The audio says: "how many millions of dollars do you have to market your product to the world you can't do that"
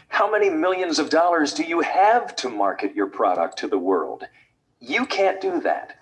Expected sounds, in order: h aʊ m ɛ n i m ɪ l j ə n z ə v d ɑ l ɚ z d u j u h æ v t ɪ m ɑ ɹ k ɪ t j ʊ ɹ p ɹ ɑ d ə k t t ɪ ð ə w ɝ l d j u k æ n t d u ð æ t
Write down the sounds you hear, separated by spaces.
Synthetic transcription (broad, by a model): h aʊ m ɛ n i m ɪ l j ə n z ə v d ɑ l ɚ z d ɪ j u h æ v t ɪ m ɑ ɹ k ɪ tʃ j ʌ ɹ p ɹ ɑ d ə k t t ɪ ð ə w ɝ l d j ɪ k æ n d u ð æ t